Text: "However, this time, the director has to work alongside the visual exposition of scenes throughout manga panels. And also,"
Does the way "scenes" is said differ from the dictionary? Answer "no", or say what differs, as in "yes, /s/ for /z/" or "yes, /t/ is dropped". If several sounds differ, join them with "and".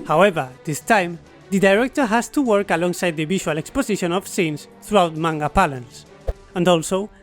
yes, /s/ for /z/